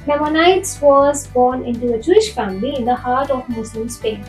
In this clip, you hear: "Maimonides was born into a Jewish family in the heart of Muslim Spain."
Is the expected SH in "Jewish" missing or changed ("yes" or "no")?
no